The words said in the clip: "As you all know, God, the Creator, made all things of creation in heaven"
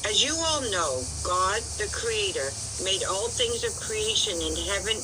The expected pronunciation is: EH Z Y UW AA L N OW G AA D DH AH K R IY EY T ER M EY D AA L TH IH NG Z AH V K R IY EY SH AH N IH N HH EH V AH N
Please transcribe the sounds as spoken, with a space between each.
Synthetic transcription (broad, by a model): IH Z Y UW AA L N OW G AA D DH AH K R IY EY T ER M EY D AA L TH IH NG Z AH V K R IY EY SH AH N IH N HH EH V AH N